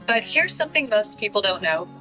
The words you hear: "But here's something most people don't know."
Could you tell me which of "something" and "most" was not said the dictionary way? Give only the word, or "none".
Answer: none